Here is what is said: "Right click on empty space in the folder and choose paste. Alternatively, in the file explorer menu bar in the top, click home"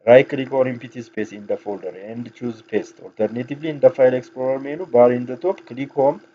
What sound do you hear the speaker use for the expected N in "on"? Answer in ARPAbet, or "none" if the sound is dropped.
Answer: L